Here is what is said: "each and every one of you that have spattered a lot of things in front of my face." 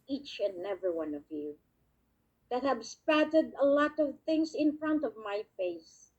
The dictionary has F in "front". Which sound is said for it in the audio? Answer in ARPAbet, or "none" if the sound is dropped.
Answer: F